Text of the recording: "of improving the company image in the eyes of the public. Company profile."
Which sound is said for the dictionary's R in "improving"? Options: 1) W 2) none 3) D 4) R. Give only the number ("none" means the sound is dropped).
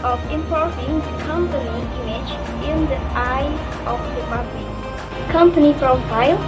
2